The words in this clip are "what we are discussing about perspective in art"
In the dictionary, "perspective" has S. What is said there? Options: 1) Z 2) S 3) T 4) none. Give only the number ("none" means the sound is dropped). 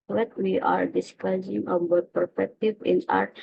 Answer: 4